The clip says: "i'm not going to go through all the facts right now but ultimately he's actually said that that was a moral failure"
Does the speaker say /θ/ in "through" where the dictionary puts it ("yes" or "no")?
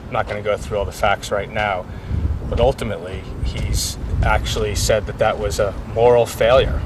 yes